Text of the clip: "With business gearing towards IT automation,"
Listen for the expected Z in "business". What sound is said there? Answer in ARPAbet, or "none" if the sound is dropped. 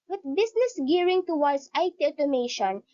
S